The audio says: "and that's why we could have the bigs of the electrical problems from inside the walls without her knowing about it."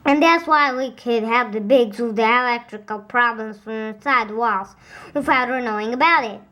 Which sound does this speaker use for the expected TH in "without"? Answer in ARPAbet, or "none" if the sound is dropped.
F